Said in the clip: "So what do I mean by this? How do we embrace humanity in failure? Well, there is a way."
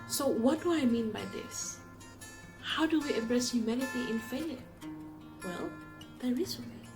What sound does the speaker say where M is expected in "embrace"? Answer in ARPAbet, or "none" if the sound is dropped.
none